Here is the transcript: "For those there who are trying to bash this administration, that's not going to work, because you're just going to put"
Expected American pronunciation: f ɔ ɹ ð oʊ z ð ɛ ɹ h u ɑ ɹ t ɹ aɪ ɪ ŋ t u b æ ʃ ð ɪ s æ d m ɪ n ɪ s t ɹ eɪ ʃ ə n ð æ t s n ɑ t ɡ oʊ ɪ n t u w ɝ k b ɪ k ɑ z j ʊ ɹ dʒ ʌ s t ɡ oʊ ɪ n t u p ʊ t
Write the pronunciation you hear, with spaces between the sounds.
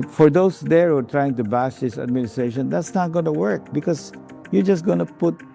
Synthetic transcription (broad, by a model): f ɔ ɹ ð oʊ s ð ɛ ɹ ɑ ɹ t ɹ aɪ ɪ ŋ t u b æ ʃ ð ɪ s æ d m ɪ n ɪ s t ɹ eɪ ʃ ə n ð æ t s n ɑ t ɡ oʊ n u w ɝ k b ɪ k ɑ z j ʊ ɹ dʒ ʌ s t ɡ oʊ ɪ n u p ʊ t